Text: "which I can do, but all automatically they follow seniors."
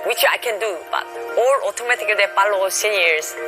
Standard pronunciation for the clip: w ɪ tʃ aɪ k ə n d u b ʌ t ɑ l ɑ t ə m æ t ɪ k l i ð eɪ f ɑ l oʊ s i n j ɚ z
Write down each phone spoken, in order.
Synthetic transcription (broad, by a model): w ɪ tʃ aɪ k ə n d u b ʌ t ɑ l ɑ t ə m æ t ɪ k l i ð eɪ p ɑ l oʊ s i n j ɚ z